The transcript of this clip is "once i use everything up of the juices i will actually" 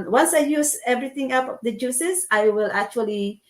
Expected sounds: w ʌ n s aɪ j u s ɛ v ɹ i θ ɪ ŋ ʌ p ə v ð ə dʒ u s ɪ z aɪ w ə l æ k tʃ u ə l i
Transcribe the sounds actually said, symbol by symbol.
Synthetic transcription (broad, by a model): w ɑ n s aɪ j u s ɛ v ɹ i t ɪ ŋ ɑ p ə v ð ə dʒ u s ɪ s aɪ w ə l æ k tʃ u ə l i